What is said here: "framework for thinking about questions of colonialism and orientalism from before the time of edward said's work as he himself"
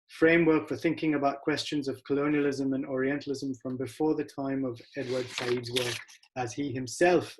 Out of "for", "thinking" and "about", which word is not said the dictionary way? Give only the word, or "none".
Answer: none